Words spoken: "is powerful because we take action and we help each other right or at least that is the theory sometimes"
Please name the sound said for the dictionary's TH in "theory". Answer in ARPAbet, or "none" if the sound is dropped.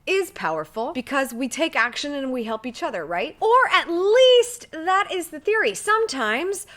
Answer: TH